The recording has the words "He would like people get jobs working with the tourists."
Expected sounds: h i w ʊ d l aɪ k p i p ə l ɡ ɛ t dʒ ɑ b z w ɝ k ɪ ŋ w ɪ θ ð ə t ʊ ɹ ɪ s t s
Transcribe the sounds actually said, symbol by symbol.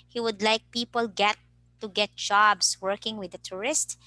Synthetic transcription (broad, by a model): h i w ʊ d l aɪ k p i p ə l ɡ ɛ t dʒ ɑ b s w ɝ k ɪ ŋ w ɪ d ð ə t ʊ ɹ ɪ s t